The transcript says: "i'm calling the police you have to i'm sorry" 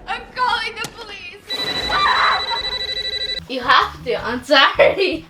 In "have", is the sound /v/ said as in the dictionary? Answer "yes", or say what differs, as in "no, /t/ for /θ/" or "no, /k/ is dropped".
no, /f/ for /v/